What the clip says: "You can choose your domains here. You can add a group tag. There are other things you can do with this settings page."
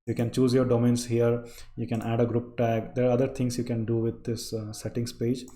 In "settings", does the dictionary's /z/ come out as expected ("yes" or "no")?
no